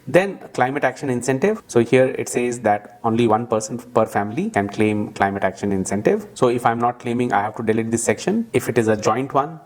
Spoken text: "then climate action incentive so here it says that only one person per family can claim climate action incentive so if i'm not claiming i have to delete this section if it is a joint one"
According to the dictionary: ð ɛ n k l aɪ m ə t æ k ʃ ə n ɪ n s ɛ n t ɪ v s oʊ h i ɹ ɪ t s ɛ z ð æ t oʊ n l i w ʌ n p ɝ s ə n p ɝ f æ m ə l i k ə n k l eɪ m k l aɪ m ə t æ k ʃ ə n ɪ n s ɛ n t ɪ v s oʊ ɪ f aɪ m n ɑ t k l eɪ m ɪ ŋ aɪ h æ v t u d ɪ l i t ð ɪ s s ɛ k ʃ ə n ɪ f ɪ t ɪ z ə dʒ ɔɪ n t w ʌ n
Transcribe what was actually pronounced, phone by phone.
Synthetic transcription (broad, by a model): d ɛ n k l aɪ m ə t æ k ʃ ə n ɪ n s ɛ n t ɪ v s oʊ h i ɹ ɪ t s ɛ z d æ t oʊ n l i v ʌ n p ɝ s ə n p ɝ f æ m ə l i k ə n k l eɪ m k l aɪ m ə t æ k ʃ ə n ɪ n s ɛ n t ɪ v s oʊ ɪ f aɪ m n ɑ t k l eɪ m ɪ ŋ aɪ h æ v t u d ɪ l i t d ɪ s s ɛ k ʃ ə n ɪ f ɪ t ɪ z ə dʒ ɔɪ n t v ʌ n